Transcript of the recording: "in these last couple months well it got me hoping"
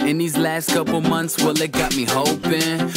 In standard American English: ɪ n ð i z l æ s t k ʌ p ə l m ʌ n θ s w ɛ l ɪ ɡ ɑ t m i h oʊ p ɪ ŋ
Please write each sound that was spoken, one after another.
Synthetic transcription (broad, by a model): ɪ n ð i z l æ s t k ʌ p l m ʌ n θ s w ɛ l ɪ ɡ ɑ t m i h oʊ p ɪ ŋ